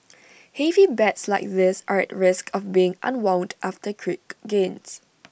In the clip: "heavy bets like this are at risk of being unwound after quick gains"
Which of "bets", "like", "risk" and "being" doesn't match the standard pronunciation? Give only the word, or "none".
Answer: none